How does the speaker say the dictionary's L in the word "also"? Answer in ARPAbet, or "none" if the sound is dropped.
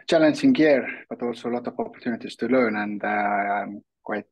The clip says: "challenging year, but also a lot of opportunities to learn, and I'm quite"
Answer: L